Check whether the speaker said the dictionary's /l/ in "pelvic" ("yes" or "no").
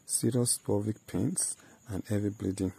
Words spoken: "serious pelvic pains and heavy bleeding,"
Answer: no